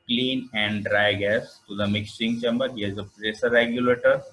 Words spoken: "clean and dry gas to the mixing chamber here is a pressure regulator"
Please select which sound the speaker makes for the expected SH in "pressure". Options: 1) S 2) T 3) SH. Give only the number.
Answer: 1